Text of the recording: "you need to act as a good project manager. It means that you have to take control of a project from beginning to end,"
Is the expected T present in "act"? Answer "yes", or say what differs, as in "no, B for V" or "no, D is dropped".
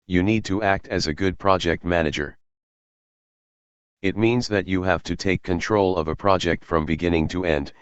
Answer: yes